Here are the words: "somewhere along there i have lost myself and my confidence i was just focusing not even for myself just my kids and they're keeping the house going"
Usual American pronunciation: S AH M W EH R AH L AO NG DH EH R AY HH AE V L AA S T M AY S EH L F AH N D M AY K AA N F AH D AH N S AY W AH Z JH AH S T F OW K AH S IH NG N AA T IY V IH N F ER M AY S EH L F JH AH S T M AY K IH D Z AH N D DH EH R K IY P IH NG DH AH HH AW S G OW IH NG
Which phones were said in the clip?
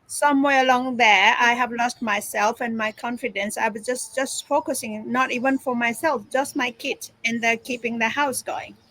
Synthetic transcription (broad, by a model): S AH M W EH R AH L AO NG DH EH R AY HH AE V L AA S T M AY S EH L F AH N M AY K AA N F AH D AH N S AY W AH S JH AH S T F OW K AH S IH NG N AA T IY V IH N F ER M AY S EH L F JH AH S T M AY K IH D AH N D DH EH K IY P IH NG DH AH HH AW S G OW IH NG